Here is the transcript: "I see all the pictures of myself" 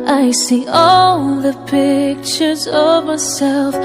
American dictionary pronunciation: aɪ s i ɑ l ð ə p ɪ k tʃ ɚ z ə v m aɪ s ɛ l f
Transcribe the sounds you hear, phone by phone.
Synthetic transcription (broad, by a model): aɪ s i ɑ l ð ə p ɪ k tʃ ɚ z ə v m aɪ s ɛ l f